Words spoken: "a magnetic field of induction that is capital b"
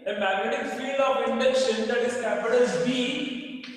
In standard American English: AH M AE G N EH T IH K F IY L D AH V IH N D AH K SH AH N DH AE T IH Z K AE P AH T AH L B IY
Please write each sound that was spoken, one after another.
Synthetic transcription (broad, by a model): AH M AE G N EH T IH K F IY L AH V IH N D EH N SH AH N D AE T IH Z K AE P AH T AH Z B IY